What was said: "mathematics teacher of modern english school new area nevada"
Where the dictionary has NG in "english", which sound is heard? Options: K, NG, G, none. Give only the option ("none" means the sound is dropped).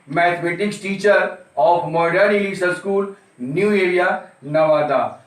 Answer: none